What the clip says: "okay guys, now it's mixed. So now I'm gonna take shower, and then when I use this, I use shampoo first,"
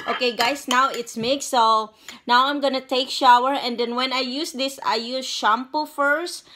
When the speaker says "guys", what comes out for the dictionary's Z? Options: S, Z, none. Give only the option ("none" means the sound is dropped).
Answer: S